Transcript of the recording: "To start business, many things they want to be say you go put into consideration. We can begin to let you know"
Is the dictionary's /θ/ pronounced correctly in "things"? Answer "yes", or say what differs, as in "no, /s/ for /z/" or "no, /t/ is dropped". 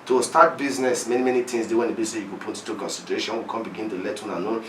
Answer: no, /t/ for /θ/